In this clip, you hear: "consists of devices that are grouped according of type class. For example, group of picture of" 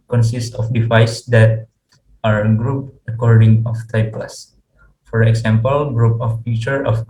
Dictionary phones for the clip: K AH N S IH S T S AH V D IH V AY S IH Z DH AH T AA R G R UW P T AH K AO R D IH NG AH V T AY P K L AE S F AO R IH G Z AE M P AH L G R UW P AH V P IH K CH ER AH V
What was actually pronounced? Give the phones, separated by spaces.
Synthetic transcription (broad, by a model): K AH N S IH S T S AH F D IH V AY S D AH T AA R G R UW P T AH K AO R D IH NG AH F T AY P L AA S F AO R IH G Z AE M P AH L G R UW P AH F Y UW CH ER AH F